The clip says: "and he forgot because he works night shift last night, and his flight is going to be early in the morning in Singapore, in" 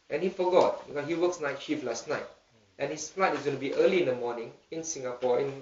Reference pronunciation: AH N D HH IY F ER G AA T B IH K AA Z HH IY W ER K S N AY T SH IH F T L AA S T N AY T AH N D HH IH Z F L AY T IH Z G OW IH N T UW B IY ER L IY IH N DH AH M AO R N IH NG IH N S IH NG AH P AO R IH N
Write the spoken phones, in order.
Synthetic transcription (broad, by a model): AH N HH IY F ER G AA T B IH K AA HH IY W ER K S N AY T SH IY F L AA S T N AY T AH N HH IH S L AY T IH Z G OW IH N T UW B IY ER L IY IH N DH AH M AO N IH NG IH N S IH NG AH P AO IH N